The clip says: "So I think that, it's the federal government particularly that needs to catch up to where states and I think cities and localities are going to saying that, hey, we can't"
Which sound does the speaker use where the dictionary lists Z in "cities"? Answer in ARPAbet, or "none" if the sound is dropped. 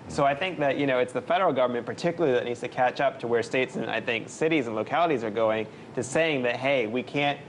Z